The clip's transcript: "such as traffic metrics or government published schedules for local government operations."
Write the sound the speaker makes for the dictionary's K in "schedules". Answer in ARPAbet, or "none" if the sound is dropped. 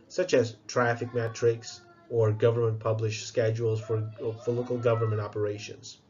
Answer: K